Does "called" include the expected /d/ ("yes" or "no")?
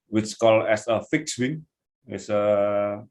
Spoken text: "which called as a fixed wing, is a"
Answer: no